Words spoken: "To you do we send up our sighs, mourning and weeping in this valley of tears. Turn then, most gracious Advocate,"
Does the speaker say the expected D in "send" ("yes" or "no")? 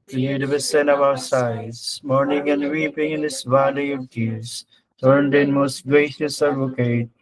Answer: no